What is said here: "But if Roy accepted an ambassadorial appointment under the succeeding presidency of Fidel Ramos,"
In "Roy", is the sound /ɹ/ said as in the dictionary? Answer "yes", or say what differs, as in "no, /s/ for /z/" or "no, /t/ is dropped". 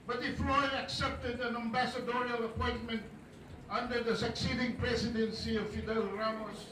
no, /l/ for /ɹ/